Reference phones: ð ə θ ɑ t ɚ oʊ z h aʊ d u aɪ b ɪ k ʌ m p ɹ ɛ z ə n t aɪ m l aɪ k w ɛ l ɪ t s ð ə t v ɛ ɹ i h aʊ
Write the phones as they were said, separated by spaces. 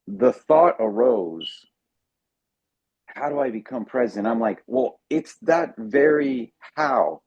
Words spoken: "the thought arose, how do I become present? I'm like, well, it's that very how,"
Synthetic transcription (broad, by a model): ð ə θ ɑ t ɚ oʊ z h aʊ d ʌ aɪ b ɪ k ʌ m p ɹ ɛ z ə n t aɪ m l aɪ k w ɛ l ɪ t s ð ə t v ɛ ɹ i h aʊ